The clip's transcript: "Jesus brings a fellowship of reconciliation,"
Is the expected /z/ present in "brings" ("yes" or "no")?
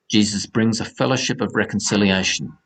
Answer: yes